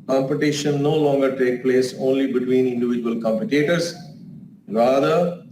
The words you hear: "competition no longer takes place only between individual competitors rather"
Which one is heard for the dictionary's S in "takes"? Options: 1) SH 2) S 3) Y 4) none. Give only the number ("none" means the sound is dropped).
4